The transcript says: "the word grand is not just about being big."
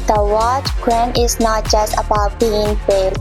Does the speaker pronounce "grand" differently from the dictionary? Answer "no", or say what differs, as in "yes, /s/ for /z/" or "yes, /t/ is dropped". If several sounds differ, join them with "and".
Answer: yes, /d/ is dropped